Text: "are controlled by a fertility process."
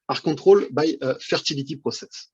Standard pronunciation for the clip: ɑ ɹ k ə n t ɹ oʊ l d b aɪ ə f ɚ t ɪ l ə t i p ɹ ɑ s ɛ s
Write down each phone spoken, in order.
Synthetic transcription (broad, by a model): ɑ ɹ k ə t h oʊ l b aɪ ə f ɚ t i l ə t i p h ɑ s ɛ s